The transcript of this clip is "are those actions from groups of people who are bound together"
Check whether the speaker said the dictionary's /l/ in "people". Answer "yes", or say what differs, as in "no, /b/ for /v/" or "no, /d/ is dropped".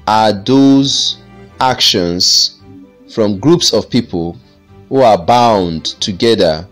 yes